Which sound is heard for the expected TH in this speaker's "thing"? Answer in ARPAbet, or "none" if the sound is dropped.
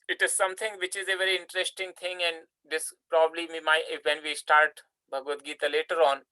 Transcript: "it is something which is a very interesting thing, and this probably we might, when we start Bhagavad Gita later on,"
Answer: T